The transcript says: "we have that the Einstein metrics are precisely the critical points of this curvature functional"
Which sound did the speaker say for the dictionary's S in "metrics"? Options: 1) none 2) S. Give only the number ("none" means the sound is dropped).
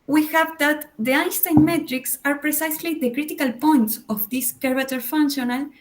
2